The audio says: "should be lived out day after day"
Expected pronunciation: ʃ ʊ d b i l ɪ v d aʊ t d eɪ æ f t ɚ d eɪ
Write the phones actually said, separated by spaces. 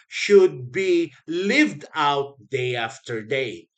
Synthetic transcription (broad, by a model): ʃ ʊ d b i l ɪ v d aʊ t d eɪ æ f t ɚ d eɪ